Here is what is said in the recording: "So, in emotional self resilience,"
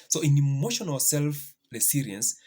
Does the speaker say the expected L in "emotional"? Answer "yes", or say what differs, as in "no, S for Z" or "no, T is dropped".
no, W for L